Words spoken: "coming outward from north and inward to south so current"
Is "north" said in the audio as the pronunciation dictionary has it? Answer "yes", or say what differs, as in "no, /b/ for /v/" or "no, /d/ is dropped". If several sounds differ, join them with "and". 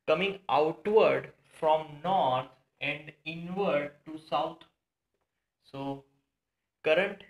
no, /t/ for /θ/